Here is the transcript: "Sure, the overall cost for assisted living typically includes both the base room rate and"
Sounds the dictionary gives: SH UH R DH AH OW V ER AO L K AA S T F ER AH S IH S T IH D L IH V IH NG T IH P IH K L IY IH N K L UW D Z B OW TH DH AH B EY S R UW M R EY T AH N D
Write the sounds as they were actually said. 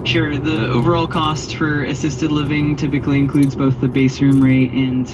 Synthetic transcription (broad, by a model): SH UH R DH AH OW V ER AO L K AA S T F ER AH S IH S T IH D L IH V IH NG T IH P IH K L IY IH N K L UW D Z B OW TH DH AH B EY S R UW M R EY T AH N